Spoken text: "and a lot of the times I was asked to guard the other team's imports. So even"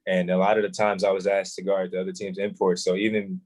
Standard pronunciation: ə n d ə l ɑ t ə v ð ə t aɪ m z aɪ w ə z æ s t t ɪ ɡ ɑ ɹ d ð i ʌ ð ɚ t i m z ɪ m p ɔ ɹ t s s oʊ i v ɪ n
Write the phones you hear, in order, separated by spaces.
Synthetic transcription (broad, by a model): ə n ə l ɑ t ə v ð ə t aɪ m z aɪ w ə z æ s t t ɪ ɡ ɑ ɹ d ð i ʌ ð ɚ t i m z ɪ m p ɔ ɹ t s s oʊ i v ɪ n